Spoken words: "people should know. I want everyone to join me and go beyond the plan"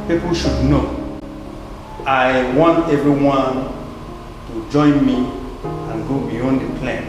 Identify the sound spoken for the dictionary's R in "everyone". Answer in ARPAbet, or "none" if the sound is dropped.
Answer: none